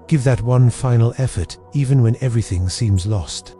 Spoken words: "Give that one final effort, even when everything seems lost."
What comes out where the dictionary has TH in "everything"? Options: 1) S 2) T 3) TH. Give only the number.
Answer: 3